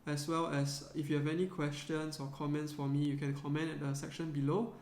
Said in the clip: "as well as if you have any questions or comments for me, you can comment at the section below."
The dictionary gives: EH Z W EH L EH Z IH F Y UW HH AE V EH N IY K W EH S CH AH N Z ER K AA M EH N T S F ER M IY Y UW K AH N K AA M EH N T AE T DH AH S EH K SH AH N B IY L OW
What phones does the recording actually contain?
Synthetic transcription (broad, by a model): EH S W EH L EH S IH F Y UW HH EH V EH N IY K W EH S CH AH N S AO K AA M EH N T S F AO M IY Y UW K AH N K AA M EH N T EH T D AH S EH K SH AH N B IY L OW